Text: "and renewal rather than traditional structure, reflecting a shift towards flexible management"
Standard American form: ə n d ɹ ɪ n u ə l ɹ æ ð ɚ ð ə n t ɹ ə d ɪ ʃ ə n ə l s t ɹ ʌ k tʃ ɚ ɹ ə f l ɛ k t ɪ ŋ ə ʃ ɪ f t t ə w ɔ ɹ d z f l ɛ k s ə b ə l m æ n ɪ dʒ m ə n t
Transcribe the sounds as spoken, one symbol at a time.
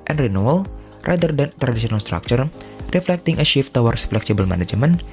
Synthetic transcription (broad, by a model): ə n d ɹ ɪ n u ə l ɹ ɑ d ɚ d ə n t ɹ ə d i s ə n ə l s t ɹ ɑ k tʃ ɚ ɹ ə f l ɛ k t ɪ ŋ ə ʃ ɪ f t t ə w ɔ ɹ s f l ɛ k s ə b ə l m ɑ n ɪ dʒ m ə n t